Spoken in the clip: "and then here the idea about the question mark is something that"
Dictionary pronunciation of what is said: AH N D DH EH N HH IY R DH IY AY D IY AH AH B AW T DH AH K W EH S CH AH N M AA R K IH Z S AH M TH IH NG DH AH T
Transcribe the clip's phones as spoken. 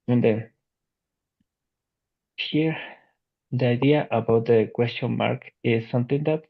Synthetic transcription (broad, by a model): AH N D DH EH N HH IY R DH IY AY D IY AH AH B AW T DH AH K W EH S CH AH N M AA R K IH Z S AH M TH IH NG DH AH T